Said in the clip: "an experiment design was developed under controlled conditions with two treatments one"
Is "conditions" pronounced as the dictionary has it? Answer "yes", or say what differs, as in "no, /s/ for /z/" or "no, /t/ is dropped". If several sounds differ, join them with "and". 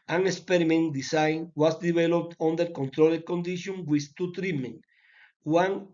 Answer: no, /z/ is dropped